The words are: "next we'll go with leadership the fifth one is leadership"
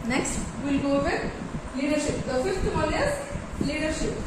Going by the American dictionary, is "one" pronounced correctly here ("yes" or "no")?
no